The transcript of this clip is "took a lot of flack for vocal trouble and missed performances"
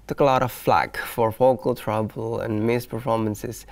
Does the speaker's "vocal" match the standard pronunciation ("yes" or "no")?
no